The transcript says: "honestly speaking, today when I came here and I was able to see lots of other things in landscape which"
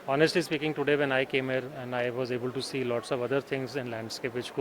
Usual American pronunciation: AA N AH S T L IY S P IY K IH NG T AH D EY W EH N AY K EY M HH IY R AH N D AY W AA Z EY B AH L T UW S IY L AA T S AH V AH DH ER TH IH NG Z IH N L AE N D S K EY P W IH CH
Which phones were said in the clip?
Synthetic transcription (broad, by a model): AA N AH S T L IY S P IY K IH NG T AH D EY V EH N AY K EY M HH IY R AH N D AY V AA Z EY B AH L T UW S IY L AA T S AH V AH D ER T IH NG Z IH N L AE N D S K EY P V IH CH